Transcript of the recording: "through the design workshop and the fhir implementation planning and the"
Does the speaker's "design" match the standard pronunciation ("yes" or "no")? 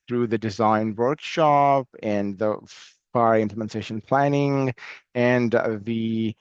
yes